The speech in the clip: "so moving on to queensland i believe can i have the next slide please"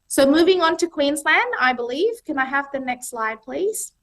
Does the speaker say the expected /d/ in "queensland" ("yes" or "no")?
yes